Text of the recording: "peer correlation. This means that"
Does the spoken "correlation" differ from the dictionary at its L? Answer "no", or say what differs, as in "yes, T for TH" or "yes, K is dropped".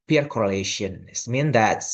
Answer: no